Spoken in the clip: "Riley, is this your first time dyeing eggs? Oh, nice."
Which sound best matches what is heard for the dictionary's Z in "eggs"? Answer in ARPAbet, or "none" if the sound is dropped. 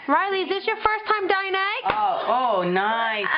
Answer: none